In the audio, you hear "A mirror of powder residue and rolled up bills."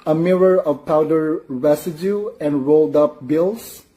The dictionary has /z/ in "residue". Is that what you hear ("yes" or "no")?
no